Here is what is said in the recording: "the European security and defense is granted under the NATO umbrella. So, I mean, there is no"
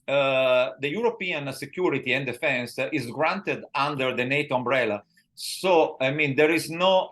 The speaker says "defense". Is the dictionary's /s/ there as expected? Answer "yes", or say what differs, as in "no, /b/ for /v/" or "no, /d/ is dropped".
yes